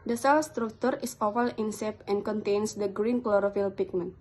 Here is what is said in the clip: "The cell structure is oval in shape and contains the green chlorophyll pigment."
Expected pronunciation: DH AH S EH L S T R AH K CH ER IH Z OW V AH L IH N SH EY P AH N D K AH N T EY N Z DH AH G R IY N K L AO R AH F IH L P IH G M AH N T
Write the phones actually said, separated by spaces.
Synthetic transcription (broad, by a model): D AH S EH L S T R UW K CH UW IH S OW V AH L IH N S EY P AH N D K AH N T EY N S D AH G R IY N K L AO R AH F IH L P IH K M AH N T